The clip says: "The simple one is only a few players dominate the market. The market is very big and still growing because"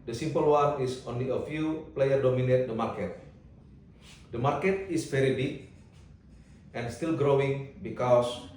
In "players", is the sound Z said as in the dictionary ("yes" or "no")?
no